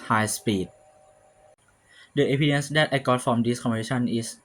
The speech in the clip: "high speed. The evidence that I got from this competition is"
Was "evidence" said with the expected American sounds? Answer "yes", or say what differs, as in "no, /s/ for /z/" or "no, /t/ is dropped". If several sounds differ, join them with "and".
no, /p/ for /v/